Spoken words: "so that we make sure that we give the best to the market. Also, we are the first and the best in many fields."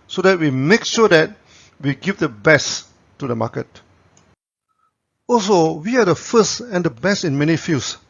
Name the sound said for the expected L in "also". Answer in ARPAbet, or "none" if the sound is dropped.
L